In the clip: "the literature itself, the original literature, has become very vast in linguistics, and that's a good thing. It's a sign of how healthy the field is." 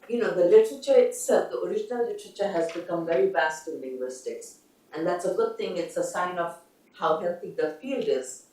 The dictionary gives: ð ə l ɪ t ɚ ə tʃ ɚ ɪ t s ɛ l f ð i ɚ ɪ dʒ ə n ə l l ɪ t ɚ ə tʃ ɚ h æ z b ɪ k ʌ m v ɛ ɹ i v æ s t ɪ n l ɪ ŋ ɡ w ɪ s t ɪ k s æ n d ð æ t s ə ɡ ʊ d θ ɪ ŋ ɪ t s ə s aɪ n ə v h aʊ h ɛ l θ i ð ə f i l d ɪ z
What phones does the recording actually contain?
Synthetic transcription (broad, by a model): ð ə l ɪ t ɚ ə tʃ ɚ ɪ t s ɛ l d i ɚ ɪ dʒ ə n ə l l ɪ t ɚ ə tʃ ɚ h æ z b ɪ k ʌ m v ɛ ɹ i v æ s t ɪ n l ɪ ŋ ɡ w ɪ s t ɪ k s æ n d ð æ t s ə ɡ ʊ d t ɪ ŋ ɪ t s ə s aɪ n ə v h aʊ h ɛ l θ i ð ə f i l d ɪ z